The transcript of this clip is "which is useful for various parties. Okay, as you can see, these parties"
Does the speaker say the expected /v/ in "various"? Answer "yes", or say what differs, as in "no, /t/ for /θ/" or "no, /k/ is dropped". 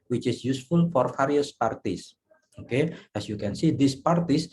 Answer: no, /f/ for /v/